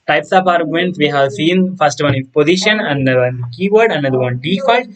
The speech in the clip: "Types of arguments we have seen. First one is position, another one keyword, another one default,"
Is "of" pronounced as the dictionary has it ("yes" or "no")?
no